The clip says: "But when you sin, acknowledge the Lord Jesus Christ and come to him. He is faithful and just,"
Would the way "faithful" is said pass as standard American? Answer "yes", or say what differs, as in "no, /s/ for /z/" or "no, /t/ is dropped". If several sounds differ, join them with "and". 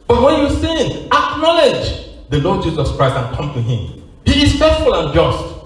no, /s/ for /θ/